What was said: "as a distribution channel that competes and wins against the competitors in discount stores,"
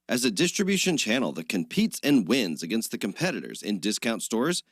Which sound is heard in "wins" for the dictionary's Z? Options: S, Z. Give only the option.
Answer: Z